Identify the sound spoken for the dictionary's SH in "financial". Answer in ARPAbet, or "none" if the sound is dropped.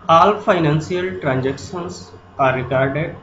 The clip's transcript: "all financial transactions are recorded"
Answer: S